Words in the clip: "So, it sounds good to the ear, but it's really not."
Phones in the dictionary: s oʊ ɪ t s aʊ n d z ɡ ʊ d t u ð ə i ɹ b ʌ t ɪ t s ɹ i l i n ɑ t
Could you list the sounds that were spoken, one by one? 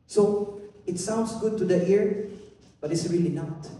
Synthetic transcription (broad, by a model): s oʊ ɪ t s aʊ n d s ɡ ʊ d t u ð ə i ɹ b ʌ t ɪ t s ɹ i l i n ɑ t